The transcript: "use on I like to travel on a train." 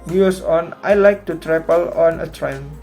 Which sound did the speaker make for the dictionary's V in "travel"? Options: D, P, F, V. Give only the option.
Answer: P